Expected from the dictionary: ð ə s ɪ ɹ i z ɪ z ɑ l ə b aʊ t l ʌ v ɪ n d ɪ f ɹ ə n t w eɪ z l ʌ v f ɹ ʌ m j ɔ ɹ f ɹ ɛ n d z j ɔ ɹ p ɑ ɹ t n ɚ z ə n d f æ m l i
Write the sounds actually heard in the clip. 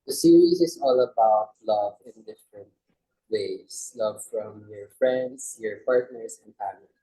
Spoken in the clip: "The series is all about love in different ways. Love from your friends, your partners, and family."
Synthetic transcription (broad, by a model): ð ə s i ɹ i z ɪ s ɑ l ə b aʊ t l ʌ v ɪ n d ɪ f ɹ ə n t w eɪ s l ʌ v f ɹ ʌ m j ɔ ɹ f ɹ ɛ n d s j ɔ ɹ p ɑ ɹ t n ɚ s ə n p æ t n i